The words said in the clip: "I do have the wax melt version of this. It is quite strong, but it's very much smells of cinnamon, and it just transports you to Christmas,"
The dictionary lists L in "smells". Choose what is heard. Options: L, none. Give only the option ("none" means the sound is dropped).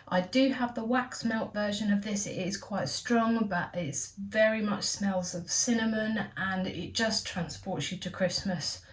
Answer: L